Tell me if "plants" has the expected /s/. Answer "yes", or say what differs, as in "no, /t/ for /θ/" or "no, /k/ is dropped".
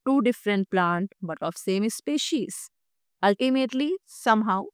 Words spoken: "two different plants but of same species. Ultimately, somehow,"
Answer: no, /s/ is dropped